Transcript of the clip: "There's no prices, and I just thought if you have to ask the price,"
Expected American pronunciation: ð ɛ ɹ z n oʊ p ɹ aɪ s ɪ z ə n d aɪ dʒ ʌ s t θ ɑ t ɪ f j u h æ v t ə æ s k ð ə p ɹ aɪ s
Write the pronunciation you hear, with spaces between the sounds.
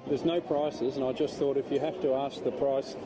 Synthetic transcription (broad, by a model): ð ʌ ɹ z n oʊ p ɹ aɪ s ɪ z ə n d aɪ dʒ ʌ s t θ ɑ t ɪ f j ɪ h æ f t ə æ s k ð ə p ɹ aɪ s